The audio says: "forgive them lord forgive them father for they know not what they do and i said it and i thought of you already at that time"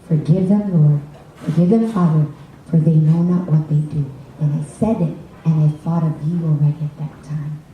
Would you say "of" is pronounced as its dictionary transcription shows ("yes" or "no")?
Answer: yes